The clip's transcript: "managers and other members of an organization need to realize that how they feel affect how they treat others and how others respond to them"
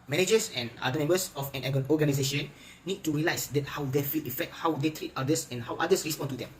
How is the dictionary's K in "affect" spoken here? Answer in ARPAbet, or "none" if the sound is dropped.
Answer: K